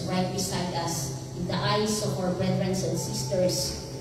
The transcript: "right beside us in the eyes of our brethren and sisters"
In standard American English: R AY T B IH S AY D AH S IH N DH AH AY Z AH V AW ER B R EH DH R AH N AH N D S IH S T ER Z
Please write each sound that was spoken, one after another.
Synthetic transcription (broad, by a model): R AY T B IH S AY D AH S IH N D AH AY S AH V AW ER B R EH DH R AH N AH N D S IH S T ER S